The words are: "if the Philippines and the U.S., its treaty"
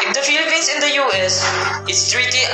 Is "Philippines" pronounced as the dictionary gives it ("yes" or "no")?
no